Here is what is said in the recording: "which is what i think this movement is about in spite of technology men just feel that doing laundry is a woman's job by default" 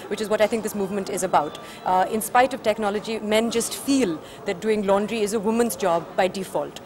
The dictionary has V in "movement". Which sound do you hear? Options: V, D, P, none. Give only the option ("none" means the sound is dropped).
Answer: V